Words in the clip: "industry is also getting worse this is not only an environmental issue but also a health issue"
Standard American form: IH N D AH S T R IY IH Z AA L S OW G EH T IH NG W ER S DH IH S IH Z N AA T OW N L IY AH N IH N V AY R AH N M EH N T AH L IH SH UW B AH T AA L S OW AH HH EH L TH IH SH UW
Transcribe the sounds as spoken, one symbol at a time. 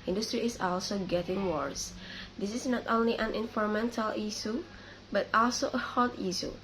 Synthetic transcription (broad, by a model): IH N D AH S T R IY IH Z AA L S OW G EH T IH NG W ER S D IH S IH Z N AA T OW N L IY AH N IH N F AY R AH M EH N T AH L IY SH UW B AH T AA L S OW AH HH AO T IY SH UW